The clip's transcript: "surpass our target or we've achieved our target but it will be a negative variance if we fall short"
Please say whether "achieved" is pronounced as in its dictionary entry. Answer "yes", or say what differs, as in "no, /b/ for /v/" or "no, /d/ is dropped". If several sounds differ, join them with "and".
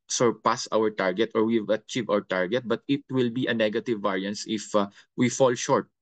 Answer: no, /d/ is dropped